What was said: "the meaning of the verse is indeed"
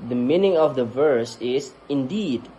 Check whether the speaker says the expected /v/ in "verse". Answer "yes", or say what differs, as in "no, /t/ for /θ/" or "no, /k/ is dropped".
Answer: yes